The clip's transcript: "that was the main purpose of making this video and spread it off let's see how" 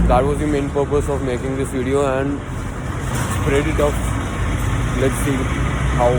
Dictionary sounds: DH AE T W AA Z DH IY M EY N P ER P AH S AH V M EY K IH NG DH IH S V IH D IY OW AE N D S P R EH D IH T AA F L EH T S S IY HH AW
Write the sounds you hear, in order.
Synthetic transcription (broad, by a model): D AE T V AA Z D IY M EY N P ER P AH S AH V M EY K IH NG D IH S V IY D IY OW AE N D S P R EH D IH T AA P L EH T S S IY HH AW